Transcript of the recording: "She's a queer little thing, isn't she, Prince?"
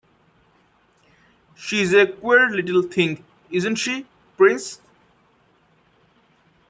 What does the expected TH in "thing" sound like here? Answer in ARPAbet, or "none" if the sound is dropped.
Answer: T